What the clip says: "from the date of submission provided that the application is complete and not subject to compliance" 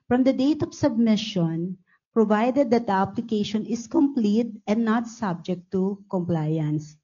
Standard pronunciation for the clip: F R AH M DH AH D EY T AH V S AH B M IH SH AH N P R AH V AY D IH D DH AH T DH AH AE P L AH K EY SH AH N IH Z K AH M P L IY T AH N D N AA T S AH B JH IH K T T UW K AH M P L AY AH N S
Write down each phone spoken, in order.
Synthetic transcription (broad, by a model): F R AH M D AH D EY T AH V S AH B M IH SH AH N P R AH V AY D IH D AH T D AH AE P L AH K EY SH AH N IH S K AH M P L IY T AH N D N AA T S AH B JH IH K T T UW K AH M P L AY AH N S